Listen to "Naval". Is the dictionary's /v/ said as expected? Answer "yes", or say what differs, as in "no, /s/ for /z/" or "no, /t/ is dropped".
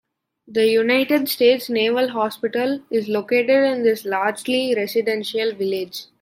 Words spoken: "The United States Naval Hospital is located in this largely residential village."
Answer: yes